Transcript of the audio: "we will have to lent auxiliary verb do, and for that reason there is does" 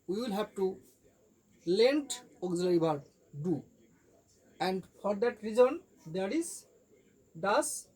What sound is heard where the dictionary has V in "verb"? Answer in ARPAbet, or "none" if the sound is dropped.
B